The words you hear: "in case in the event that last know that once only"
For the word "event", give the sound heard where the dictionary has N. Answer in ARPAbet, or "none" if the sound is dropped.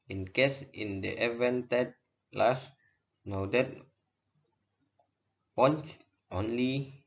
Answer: N